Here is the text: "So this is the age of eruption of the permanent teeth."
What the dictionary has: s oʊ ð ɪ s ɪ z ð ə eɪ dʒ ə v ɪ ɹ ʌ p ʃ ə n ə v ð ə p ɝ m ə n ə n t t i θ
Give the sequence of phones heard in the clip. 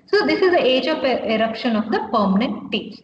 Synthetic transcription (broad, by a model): s oʊ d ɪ s ɪ z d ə eɪ dʒ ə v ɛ ɹ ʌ p ʃ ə n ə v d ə p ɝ m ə n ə n t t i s